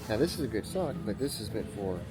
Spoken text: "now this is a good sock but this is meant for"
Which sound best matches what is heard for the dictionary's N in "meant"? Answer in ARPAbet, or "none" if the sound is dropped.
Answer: none